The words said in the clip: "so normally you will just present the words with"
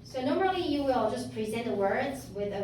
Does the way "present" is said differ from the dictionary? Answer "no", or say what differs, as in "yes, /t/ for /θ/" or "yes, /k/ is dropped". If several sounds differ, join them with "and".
no